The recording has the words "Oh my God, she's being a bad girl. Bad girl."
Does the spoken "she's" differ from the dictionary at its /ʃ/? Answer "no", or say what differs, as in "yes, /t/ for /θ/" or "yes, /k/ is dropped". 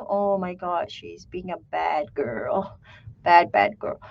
no